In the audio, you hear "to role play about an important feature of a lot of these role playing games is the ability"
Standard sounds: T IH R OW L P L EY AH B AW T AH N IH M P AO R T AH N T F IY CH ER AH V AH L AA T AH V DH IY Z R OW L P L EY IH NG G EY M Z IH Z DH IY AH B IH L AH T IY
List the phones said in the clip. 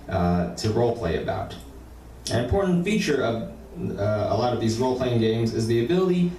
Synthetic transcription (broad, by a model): T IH R OW L P L EY AH B AW T AH N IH M P AO R T N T F IY CH ER AH V AH L AA T AH V DH IY Z R OW L P L EY IH NG G EY M Z IH Z DH IY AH B IH L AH T IY